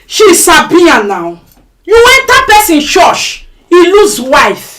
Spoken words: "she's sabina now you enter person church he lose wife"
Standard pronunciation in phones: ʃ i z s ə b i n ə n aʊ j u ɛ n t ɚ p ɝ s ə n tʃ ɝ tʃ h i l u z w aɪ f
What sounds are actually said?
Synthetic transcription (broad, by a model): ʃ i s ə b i ə n aʊ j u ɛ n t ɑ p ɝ s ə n ʃ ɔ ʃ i l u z w aɪ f